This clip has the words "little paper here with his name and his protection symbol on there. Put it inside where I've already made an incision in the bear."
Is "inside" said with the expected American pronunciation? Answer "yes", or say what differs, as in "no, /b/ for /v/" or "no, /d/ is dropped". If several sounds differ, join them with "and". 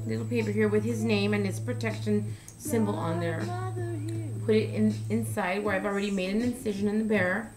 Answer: yes